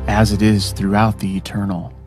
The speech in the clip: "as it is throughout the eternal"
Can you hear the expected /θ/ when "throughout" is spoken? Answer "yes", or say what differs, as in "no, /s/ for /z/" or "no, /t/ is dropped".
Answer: yes